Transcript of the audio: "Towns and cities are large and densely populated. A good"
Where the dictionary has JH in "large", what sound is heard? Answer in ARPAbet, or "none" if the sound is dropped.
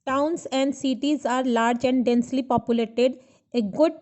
JH